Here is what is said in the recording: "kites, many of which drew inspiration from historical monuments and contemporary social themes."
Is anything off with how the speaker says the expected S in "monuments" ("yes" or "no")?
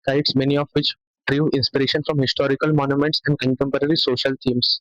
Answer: no